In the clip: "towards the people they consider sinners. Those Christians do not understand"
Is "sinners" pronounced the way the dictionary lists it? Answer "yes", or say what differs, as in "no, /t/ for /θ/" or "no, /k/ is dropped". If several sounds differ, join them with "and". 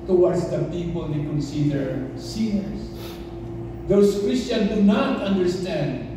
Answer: no, /s/ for /z/